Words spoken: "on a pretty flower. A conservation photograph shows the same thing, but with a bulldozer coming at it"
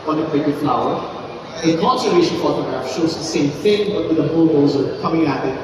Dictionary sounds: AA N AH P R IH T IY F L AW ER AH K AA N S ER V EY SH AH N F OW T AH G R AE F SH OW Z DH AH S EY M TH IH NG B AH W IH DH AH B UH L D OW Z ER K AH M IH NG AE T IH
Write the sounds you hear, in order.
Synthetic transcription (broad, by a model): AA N AH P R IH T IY F L AW ER AH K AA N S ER EY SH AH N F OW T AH G R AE F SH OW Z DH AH S EY M TH IH NG B AH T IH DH AH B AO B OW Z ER K AH M IH NG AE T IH